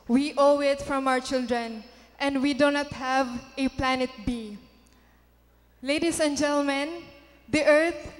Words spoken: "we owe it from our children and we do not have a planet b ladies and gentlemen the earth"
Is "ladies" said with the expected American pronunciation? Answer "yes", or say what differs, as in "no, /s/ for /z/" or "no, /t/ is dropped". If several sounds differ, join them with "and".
no, /s/ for /z/